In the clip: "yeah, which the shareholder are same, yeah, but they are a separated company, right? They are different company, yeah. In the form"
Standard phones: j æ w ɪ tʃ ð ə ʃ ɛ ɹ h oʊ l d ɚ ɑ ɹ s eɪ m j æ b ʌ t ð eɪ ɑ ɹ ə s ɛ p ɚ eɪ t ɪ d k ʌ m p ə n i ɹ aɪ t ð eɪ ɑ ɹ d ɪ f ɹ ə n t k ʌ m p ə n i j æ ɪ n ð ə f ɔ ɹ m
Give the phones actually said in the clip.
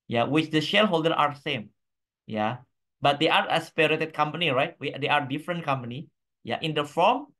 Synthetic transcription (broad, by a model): j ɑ w ɪ tʃ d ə ʃ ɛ l h oʊ l d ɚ ɑ ɹ s eɪ m j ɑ b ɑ t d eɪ ɑ ɹ ə s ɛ p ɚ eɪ t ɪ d k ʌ m p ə n i ɹ aɪ t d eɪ ɑ ɹ d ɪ f ɹ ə n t k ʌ m p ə n i j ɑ ɪ n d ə f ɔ m